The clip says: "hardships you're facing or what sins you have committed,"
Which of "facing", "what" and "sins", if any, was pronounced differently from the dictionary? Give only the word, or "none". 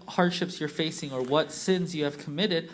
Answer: none